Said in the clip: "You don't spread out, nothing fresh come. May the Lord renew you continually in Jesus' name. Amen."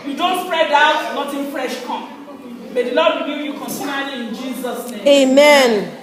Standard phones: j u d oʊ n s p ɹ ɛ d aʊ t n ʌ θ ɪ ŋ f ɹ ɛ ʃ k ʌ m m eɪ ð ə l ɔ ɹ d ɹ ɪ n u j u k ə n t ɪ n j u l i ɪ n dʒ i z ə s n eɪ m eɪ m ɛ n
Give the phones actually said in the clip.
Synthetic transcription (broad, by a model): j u d oʊ n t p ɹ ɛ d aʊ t n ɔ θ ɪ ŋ f ɹ ɛ ʃ k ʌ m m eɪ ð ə l ɔ d w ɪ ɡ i j u k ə n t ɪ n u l i ɪ n dʒ i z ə s n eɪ eɪ m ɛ n